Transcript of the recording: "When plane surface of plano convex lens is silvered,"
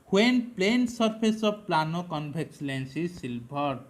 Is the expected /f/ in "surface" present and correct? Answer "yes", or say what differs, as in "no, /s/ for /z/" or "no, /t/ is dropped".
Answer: no, /p/ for /f/